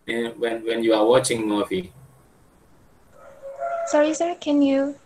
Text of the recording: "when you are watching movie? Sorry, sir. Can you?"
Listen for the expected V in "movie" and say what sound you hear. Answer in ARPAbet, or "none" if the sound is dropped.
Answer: F